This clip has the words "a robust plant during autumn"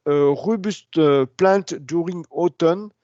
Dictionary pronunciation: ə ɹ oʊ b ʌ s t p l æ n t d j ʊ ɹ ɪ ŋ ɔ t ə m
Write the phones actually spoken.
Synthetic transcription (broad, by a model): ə ɹ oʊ b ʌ s t p l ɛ t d j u ɹ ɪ ŋ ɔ t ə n